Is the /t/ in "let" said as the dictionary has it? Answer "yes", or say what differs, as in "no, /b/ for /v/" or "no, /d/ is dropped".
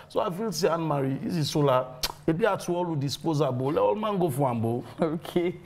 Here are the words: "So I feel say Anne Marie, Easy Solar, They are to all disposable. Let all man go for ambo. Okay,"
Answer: no, /t/ is dropped